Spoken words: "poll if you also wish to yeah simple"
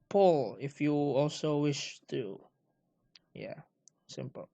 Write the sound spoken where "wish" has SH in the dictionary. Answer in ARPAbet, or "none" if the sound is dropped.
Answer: SH